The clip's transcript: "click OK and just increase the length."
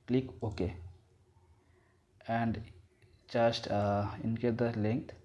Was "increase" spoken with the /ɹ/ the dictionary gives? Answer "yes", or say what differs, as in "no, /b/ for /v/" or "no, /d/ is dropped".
no, /ɹ/ is dropped